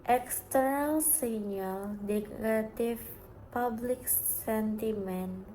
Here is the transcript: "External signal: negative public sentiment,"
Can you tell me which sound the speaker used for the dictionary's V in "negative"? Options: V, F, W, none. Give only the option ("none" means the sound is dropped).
F